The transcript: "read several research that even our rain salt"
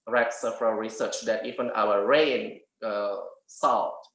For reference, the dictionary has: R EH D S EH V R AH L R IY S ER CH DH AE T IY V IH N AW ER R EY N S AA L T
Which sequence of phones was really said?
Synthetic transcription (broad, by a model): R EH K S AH F R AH R IY S ER CH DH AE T IY V IH N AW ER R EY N S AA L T